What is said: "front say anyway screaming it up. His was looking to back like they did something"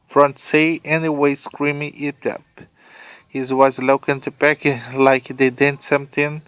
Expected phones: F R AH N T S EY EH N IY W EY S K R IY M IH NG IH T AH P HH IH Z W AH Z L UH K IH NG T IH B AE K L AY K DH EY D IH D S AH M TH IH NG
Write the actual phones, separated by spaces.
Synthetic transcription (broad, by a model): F R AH N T S EY EH N IY W EY S K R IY M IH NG IH T AH P HH IH Z W AH Z L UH K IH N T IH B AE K L AY K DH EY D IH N S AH M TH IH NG